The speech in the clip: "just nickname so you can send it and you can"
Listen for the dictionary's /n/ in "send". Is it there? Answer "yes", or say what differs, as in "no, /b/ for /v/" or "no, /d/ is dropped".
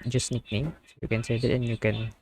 no, /n/ is dropped